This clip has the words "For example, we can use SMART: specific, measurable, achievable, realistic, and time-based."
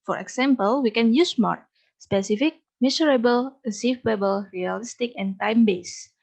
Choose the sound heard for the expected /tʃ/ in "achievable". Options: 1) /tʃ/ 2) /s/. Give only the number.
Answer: 2